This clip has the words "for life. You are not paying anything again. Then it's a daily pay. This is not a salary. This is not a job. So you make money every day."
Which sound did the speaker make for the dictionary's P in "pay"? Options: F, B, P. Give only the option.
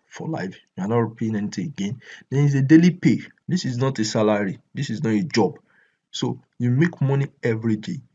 P